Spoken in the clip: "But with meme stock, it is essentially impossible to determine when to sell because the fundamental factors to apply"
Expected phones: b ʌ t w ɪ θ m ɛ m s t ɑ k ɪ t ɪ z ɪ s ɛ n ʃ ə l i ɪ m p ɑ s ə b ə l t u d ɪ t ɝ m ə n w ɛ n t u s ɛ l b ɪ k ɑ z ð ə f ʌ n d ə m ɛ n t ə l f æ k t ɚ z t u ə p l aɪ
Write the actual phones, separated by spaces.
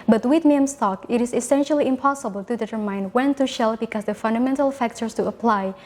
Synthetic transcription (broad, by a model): b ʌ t w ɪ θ m ɛ m s t ɑ k ɪ t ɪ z ɪ s ɛ n ʃ ə l i ɪ m p ɑ s ə b ə l t u d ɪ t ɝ m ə n w ɛ n t u ʃ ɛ l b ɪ k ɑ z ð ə f ʌ n d ə m ɛ n t ə l f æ k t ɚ s t u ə p l aɪ